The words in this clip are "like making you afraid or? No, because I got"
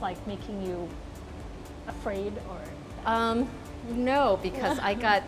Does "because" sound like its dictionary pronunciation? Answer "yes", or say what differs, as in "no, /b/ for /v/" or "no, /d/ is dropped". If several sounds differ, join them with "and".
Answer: yes